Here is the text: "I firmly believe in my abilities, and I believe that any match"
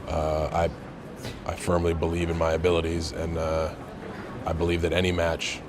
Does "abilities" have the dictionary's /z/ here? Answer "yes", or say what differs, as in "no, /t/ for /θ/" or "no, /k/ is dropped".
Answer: yes